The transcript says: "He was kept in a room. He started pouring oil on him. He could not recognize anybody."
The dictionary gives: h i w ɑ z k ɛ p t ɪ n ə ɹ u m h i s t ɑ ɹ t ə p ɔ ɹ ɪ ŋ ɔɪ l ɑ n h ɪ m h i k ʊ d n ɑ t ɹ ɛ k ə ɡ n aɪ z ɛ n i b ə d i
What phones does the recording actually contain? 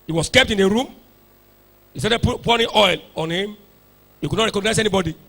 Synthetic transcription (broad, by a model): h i w ɑ s k ɛ p t ɪ n ə ɹ u m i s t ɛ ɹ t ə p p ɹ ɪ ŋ ɔɪ l ɑ n h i m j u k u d n ɑ t ɹ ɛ k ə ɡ n aɪ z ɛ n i b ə d i